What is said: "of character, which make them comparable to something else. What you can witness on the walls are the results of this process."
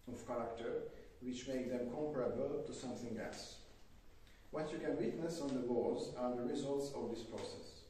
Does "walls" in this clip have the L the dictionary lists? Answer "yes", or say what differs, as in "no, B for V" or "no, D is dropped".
no, L is dropped